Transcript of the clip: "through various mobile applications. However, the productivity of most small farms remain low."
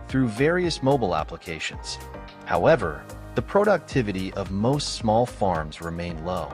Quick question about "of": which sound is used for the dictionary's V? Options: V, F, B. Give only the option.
V